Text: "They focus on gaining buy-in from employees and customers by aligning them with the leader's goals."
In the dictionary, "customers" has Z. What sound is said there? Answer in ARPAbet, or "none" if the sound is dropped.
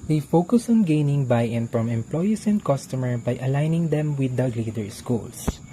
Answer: none